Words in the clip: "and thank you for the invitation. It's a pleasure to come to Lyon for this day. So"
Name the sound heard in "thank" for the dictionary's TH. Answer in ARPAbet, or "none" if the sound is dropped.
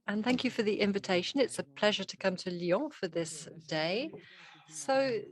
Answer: TH